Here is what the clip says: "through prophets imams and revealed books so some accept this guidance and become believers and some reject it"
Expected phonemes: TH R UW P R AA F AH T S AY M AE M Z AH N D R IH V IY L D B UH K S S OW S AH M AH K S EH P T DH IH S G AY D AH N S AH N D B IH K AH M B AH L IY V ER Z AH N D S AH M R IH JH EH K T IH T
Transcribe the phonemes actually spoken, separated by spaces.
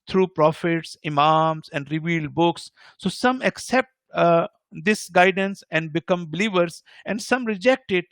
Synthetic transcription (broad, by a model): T R UW P R AA F AH T S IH M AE M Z AH N D R IH V IY L D B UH K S S OW S AH M AH K S EH P T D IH S G AY D AH N S AH N D B IH K AH M B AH L IY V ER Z AH N D S AH M R IH JH EH K T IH T